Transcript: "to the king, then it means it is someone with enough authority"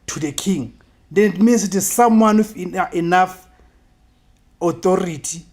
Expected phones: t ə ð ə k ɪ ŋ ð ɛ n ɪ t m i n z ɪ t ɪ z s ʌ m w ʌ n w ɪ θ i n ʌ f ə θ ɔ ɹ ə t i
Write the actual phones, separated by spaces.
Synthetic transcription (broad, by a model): t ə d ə k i ŋ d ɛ n ɪ t m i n s ɪ t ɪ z s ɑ m w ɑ n w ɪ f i n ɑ f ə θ ɔ ɹ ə t i